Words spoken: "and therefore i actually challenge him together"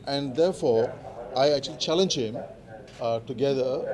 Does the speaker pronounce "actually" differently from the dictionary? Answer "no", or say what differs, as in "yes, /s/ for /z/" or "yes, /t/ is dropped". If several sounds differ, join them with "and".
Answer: no